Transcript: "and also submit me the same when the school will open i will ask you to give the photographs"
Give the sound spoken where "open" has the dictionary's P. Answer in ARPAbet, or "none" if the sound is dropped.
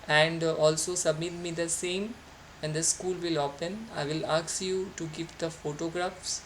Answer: P